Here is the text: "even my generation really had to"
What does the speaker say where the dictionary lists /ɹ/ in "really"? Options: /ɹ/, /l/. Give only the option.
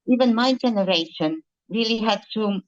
/ɹ/